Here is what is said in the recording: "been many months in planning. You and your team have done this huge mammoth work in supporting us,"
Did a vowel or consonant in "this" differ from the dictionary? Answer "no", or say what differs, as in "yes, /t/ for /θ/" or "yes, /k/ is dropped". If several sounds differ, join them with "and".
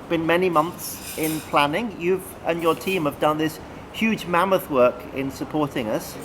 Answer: no